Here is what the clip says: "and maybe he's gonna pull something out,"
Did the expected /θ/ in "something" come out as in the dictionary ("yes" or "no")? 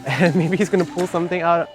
yes